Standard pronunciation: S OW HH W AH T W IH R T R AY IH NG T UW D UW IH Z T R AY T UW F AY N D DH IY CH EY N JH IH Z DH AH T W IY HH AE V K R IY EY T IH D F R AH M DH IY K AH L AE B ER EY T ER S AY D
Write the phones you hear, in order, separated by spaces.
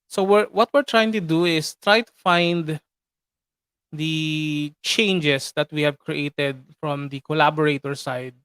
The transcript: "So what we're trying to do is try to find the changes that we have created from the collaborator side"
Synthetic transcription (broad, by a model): S OW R W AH T W IH R T R AY IH NG T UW D UW IH S T R AY T UW F AY N D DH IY CH EY N JH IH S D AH T W IY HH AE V K R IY EY T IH D F R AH M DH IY K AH L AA B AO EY T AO S AY D